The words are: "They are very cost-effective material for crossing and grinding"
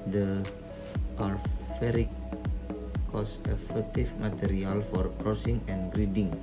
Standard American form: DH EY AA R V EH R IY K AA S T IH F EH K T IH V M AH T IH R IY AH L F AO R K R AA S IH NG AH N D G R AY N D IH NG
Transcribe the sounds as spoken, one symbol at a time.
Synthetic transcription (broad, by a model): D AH AA R F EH R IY K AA S IH F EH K T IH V M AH T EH R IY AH L F AO R K R AA S IH NG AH N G R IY D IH NG